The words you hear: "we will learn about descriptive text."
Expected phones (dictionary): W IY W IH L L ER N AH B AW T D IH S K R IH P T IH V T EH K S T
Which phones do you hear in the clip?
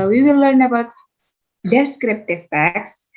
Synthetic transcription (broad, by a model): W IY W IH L L ER N AH B AW T D IH S K R IH P T IH V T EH K S